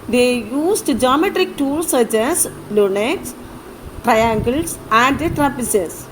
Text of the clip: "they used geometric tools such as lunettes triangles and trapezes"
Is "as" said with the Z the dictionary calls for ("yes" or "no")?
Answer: no